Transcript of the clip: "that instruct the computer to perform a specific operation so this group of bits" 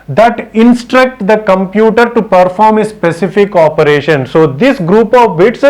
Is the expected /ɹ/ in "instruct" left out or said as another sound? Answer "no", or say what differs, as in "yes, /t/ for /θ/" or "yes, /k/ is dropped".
no